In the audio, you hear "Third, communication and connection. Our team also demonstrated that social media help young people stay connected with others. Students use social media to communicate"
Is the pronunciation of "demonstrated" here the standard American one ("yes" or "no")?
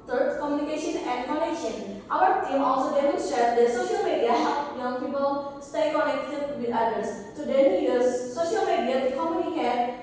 no